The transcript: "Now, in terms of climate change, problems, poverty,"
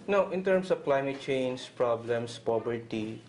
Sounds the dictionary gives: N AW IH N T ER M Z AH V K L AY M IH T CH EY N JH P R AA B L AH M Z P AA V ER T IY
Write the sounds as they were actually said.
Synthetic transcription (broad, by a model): N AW IH N T ER M S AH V K L AY M IH T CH EY N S P R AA B L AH M S P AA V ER T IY